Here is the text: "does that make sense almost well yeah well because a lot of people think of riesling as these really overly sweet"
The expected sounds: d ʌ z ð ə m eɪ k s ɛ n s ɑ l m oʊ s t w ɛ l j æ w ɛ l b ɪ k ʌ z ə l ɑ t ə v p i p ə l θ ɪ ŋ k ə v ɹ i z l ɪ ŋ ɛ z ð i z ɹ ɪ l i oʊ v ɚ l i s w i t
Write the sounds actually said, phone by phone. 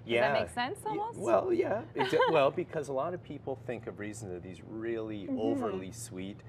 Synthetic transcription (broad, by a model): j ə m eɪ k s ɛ n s s w ɛ l j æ w ɛ l b ɪ k ʌ z ə l ɑ t ə v p i p l θ ɪ ŋ k ə v ɹ i z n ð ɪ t ð i z ɹ ɪ l i oʊ v ɚ l i s w i t